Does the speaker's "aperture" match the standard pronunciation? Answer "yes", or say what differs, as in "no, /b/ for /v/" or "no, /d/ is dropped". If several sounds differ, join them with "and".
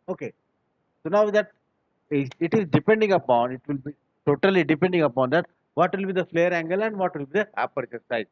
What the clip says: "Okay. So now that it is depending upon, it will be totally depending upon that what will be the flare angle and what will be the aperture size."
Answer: no, /s/ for /tʃ/